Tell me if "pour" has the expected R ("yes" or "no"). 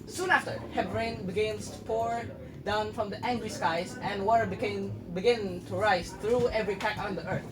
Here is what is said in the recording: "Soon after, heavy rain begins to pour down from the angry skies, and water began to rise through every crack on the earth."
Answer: yes